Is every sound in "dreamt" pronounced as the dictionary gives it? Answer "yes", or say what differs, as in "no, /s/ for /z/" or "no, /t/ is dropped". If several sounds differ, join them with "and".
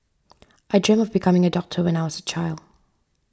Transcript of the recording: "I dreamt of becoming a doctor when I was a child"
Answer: no, /t/ is dropped